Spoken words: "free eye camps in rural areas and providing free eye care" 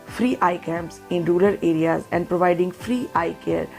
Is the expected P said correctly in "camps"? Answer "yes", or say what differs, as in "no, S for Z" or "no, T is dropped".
no, P is dropped